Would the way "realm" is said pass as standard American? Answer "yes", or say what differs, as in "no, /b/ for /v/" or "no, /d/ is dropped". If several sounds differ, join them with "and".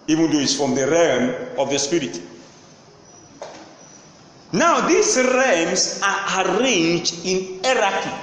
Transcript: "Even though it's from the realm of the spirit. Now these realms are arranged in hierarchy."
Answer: yes